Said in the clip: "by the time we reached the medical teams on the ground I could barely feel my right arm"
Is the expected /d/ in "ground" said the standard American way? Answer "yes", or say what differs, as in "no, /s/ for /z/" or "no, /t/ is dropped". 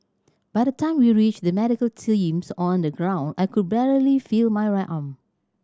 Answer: yes